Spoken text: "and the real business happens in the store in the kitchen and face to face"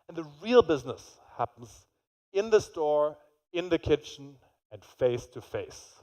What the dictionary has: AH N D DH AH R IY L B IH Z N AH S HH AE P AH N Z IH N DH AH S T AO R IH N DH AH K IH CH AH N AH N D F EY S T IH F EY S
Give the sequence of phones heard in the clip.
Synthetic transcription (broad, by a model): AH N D DH AH R IY L B IH Z N AH S HH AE P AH N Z IH N DH AH S T AO R IH N DH AH K IH CH N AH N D F EY S T IH F EY S